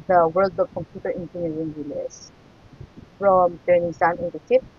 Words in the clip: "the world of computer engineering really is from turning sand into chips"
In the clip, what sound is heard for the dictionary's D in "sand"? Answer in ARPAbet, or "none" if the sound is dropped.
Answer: none